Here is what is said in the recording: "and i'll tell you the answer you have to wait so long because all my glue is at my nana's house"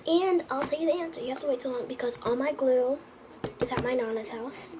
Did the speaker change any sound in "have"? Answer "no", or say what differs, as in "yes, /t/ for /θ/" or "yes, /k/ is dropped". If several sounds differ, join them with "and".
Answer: yes, /f/ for /v/